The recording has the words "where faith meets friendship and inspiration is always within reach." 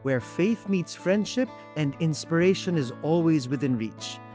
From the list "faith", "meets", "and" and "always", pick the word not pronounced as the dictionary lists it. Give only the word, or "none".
none